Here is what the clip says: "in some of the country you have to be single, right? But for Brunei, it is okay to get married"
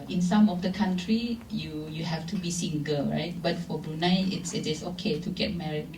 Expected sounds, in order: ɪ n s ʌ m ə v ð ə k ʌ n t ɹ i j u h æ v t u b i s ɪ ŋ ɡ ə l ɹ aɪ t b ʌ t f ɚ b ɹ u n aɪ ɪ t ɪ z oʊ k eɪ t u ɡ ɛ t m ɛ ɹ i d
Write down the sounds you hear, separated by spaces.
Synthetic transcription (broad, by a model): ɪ n s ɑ m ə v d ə k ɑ n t ɹ i j u h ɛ f t u b i s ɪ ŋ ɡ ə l ɹ aɪ t b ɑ t f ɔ b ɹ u n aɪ ɪ t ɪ s oʊ k eɪ t u ɡ ɛ t m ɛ ɹ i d